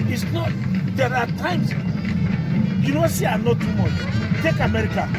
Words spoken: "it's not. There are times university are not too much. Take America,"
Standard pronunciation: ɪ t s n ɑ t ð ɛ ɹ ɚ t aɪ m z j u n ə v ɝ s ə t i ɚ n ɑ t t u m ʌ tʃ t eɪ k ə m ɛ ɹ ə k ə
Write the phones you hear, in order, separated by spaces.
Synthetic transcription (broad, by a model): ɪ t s n ɑ t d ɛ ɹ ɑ t aɪ m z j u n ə w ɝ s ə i n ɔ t t u m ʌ tʃ t eɪ k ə m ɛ ɹ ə k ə